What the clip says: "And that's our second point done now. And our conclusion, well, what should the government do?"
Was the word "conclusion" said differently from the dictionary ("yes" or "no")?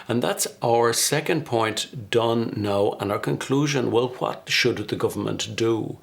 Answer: no